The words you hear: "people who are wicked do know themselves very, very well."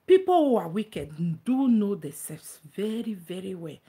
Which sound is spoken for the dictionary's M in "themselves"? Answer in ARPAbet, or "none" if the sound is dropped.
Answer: none